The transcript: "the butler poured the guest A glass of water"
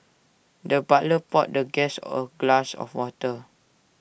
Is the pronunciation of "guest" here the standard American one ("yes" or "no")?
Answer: no